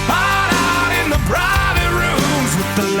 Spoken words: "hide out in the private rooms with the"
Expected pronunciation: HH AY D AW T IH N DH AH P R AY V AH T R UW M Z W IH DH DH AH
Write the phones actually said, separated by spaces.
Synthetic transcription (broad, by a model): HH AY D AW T IH N DH AH B R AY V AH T R UW M Z W IH DH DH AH